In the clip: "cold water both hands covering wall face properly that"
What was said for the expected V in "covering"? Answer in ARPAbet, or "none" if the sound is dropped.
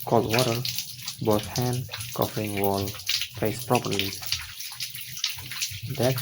F